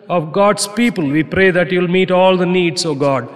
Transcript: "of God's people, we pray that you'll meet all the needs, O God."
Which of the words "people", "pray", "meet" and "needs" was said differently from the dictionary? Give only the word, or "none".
needs